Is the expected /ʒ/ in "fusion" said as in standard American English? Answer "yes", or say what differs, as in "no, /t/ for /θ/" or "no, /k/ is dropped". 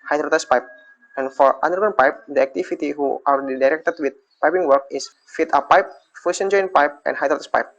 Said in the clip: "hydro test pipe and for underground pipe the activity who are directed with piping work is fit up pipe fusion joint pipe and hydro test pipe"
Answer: no, /s/ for /ʒ/